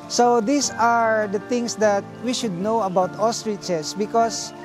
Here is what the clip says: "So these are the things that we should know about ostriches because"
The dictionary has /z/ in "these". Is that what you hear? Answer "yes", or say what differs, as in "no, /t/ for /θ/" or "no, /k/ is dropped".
no, /s/ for /z/